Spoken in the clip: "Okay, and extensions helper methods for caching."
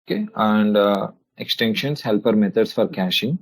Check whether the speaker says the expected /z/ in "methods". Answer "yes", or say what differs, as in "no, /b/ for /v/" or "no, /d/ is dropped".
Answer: no, /s/ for /z/